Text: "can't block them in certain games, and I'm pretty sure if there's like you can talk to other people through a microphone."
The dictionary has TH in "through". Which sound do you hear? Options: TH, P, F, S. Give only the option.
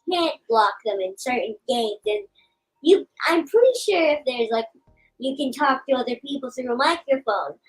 S